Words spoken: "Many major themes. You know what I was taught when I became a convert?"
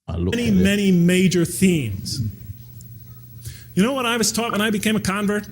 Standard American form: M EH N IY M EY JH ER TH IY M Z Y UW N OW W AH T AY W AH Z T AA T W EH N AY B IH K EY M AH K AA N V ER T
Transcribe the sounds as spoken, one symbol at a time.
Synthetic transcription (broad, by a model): M EH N IY M EY JH ER TH IY M Z Y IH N OW W AH T AY W AH Z T AA T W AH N AY B IH K EY M AH K AA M V ER T